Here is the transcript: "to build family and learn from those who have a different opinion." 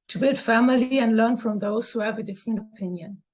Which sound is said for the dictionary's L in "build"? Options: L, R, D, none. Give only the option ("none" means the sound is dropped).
L